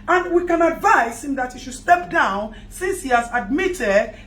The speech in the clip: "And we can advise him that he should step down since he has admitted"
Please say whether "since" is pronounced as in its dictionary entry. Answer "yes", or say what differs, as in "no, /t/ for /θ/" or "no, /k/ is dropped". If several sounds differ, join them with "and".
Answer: yes